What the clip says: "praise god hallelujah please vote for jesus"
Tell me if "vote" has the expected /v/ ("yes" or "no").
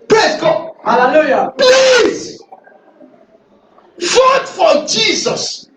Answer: no